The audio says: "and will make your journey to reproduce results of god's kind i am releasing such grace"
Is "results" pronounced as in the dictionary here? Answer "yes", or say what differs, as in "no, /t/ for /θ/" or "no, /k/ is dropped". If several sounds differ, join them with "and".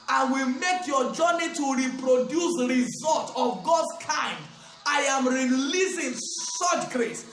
no, /s/ is dropped